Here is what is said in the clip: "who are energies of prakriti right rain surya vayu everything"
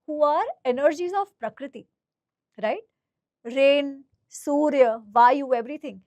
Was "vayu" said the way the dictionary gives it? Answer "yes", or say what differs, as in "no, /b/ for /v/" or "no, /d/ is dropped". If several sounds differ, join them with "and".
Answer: yes